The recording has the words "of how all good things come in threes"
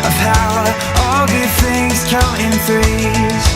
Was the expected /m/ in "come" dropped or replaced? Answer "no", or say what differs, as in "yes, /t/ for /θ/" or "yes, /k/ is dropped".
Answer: yes, /m/ is dropped